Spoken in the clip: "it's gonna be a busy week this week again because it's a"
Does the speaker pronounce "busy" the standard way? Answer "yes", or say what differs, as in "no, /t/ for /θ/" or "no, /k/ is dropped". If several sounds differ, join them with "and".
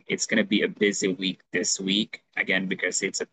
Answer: yes